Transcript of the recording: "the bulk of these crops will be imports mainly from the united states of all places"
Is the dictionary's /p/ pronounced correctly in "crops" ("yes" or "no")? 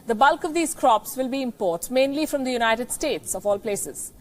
yes